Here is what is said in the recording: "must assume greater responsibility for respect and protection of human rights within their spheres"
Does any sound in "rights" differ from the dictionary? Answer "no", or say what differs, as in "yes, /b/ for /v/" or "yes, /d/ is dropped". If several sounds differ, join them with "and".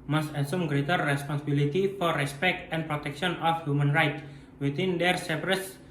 yes, /s/ is dropped